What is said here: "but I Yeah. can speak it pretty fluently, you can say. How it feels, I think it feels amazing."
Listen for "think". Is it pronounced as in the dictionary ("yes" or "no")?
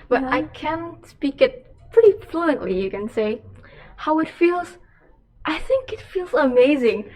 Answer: yes